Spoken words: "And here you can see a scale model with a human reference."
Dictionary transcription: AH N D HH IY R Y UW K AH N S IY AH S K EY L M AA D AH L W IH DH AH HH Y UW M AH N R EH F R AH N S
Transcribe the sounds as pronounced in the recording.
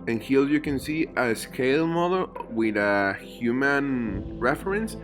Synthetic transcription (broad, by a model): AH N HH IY L Y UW K AH N S IY AH S K EY L M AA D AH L W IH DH AH HH Y UW M AH N R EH F R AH N S